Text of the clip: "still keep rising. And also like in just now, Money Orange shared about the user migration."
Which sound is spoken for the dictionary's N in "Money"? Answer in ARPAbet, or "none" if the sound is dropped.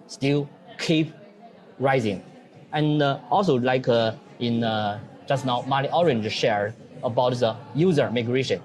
L